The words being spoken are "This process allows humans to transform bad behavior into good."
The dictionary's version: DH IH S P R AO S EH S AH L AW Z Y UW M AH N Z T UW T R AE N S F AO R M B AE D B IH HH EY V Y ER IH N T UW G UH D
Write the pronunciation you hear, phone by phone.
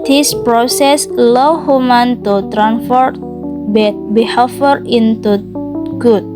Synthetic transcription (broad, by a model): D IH S P R AO S EH S L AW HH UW M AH N T UW T R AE N F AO R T B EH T B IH HH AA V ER IH N T UW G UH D